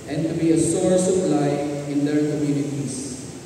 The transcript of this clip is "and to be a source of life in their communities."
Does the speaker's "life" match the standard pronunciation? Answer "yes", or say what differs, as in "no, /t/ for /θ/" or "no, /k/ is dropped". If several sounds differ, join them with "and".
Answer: no, /f/ is dropped